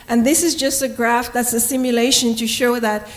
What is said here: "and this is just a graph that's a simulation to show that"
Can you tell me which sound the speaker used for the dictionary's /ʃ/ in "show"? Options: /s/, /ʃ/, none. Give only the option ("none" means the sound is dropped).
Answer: /ʃ/